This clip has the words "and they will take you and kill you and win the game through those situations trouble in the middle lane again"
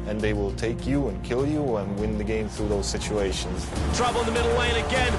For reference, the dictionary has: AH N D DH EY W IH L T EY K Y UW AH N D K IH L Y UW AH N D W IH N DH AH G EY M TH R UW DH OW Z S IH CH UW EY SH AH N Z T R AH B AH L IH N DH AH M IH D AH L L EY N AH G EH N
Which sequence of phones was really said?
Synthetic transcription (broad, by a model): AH N DH EY W IH L T EY K Y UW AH N K IH L Y UW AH N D W IH N DH AH G EY M TH R UW DH OW Z S IH CH UW EY SH AH N Z T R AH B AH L IH N DH AH M IH D L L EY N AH G EH N